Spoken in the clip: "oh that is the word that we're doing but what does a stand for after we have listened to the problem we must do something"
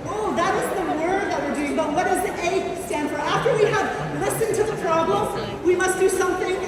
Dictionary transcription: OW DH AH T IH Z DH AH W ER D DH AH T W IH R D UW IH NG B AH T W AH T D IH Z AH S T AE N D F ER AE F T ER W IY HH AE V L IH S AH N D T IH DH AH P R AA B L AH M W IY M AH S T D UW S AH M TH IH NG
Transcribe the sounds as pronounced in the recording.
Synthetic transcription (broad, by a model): OW DH AH T IH Z DH AH W ER D DH AH T W IH R D UW IH NG B AH T W AH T D IH Z AH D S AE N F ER AE F T ER W IY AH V L IH S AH N T IH DH AH P R AA B L AH M W IY M AH S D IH S AH M TH IH NG